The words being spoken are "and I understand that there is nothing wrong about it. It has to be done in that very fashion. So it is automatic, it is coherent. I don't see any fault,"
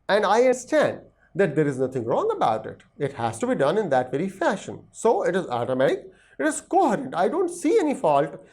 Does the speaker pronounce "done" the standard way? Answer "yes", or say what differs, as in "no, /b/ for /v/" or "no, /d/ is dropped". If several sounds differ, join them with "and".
yes